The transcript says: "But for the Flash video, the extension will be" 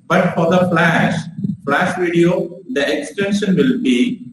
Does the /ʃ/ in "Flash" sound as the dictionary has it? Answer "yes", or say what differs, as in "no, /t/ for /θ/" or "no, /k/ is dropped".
yes